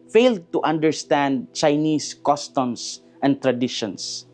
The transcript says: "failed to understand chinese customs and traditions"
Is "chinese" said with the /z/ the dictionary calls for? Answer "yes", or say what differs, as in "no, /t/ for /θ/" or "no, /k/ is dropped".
no, /s/ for /z/